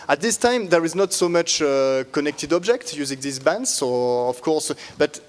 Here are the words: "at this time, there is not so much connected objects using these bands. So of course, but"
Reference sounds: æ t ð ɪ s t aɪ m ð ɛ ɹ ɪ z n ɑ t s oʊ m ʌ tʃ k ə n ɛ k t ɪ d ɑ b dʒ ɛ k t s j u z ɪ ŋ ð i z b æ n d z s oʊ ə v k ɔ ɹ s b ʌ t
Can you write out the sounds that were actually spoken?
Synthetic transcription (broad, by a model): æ t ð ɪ s t aɪ m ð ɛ ɹ ɪ z n ɑ t s oʊ m ʌ tʃ k ə n ɛ k t ɪ d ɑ b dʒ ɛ k t j u z ɪ ŋ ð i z b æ n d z s oʊ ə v k ɔ ɹ s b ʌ t